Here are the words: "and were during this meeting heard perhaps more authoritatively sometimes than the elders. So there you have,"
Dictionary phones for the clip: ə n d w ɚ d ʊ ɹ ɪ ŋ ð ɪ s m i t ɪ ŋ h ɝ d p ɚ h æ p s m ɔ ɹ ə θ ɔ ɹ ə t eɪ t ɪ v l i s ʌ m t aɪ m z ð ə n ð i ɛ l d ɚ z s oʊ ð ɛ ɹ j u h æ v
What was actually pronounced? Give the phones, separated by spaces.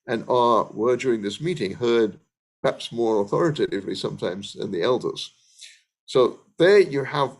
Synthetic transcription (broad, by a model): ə n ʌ w ɚ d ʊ ɹ ɪ ŋ ð ɪ s m i t ɪ ŋ h ɝ d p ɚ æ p s m ɔ ɹ ə θ ɔ ɹ ə t eɪ t ɪ v l i s ʌ m t aɪ m z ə n ð i ɛ l d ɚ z s oʊ ð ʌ ɹ j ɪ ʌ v